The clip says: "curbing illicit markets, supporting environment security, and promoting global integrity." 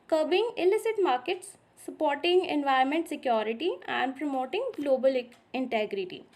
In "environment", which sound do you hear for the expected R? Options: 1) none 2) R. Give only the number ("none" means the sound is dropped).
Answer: 1